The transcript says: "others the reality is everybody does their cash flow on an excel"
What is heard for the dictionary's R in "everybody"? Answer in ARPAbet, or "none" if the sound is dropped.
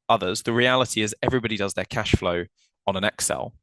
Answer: R